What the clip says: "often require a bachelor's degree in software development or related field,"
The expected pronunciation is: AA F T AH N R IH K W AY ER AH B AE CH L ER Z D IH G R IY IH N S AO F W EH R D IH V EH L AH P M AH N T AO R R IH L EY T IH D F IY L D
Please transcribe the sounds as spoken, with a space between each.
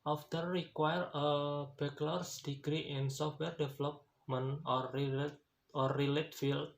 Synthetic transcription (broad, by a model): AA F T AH R IH K W AY ER AH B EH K L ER S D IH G R IY IH N S AO F W EH R D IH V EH L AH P M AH N AO R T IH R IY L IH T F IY L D